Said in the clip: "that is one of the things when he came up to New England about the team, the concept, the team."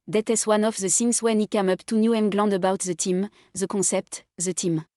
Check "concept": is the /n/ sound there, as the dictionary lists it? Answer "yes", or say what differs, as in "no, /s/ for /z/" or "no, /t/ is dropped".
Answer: no, /n/ is dropped